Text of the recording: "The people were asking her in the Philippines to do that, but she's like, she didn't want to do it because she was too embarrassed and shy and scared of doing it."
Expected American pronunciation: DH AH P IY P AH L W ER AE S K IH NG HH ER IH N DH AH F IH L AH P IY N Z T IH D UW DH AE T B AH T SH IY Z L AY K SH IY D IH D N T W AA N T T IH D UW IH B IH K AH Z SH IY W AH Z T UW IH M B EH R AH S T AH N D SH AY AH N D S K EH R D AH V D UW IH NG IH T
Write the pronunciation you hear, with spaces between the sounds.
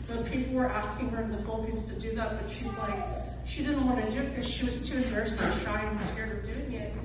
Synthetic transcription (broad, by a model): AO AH P IY P L W ER AE S K IH NG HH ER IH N DH AH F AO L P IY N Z T IH D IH DH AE T B AH T SH IY Z L AY K SH IY D IH D N T W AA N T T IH D UW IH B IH K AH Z SH IY W AH Z T UW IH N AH R S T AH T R AY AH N S K EH R D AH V D UW IH NG IH T